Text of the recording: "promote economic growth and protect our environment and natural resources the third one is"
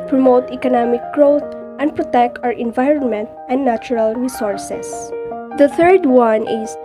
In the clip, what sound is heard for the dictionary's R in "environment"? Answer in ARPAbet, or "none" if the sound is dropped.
R